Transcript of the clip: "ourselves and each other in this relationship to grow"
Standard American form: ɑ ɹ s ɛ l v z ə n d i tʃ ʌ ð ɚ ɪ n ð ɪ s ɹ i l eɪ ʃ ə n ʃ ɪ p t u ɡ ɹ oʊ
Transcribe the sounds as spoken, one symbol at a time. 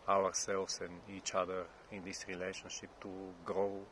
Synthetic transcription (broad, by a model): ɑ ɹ s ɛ l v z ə n i tʃ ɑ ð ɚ ɪ n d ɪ s ɹ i l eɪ ʃ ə n ʃ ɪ p t u ɡ ɹ oʊ